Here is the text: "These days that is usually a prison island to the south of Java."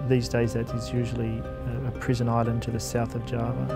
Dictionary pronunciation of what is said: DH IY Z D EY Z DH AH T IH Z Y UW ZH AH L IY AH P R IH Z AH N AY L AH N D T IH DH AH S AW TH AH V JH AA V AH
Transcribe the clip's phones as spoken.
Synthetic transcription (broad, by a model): DH IY Z D EY Z DH AH T IH Z Y UW ZH L IY AH P R IH Z AH N AY L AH N T IH DH AH S AW TH AH V JH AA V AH